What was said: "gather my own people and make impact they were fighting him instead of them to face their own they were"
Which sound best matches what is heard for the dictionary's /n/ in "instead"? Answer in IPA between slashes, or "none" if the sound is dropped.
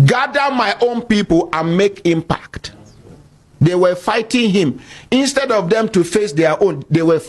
/n/